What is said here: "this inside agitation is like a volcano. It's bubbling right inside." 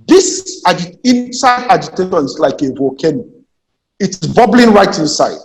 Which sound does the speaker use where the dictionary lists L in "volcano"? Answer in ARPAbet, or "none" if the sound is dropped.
none